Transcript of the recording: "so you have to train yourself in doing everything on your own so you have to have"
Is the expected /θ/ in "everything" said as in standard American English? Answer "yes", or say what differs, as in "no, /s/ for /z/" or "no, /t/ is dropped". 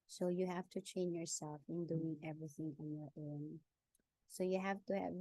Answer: yes